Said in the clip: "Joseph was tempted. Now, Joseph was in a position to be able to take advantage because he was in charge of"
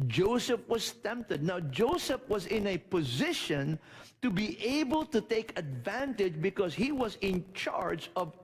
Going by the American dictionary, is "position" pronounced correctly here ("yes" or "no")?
yes